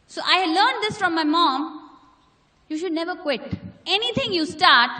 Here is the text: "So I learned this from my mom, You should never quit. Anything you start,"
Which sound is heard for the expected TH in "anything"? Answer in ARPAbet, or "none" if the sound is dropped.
T